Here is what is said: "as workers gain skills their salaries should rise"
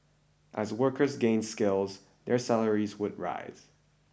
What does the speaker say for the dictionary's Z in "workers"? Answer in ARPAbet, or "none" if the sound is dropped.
Z